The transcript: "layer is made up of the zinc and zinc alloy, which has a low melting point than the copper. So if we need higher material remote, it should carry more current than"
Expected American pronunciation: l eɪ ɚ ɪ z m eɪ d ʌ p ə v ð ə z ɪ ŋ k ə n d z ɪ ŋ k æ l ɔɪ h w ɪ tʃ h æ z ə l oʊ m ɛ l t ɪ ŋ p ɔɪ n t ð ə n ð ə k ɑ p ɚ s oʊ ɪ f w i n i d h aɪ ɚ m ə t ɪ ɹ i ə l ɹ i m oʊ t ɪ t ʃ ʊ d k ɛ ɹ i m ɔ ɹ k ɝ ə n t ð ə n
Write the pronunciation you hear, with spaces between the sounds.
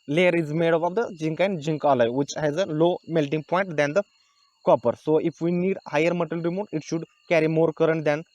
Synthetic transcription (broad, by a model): l eɪ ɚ ɪ z m eɪ d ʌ b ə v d ə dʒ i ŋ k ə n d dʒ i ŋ k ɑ l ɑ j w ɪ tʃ h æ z ə l oʊ m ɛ l t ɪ ŋ p ɔɪ n t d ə n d ə k ɑ p ɚ s oʊ ɪ f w i n i d h aɪ ɚ m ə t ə l ɹ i m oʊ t ɪ t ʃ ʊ d k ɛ ɹ i m ɔ ɹ k ɝ ə n t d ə n